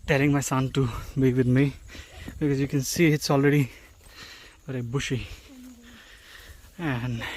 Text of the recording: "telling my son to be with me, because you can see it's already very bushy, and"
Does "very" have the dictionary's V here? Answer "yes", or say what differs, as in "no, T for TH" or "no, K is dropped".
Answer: no, B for V